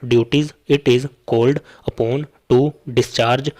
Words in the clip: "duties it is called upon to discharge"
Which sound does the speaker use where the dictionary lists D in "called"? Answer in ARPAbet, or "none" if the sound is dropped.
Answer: D